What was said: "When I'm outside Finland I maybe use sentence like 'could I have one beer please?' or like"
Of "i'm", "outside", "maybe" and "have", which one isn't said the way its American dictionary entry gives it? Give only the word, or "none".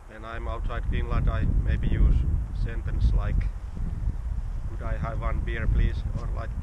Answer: none